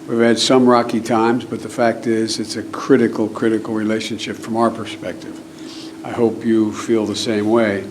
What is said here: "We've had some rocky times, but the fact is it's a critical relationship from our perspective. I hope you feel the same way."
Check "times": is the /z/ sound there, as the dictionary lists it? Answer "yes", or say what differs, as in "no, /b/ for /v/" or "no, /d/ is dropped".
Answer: yes